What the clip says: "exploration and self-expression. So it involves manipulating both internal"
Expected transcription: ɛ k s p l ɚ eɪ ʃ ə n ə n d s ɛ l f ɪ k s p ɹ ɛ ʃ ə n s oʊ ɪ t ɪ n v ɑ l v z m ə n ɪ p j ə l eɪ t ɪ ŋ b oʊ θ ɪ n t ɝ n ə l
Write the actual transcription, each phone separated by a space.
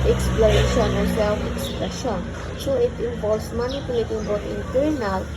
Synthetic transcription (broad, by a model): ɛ k s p l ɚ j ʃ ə n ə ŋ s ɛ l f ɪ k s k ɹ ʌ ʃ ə n s oʊ ɪ t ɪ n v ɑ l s m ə n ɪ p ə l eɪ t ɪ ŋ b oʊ t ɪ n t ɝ n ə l